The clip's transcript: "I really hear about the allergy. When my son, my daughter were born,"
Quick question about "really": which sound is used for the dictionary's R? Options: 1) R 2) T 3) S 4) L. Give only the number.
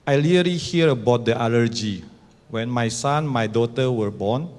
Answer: 4